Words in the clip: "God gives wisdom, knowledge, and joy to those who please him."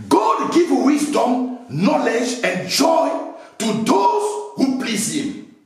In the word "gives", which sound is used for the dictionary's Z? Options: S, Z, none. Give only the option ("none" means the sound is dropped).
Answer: none